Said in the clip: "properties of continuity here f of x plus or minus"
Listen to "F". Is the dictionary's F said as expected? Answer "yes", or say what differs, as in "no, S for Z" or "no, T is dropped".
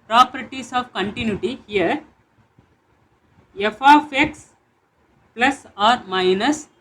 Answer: yes